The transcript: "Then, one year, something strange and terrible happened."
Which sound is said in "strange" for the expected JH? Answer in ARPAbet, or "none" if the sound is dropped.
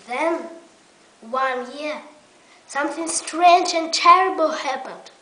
JH